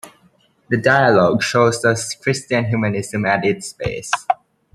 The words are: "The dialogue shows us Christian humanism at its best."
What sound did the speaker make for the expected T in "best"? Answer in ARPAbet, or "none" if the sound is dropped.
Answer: none